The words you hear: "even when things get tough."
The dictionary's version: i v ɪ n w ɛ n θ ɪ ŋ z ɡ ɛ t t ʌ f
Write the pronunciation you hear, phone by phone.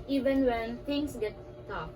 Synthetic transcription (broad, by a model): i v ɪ n w ɛ n t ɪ ŋ s ɡ ɛ t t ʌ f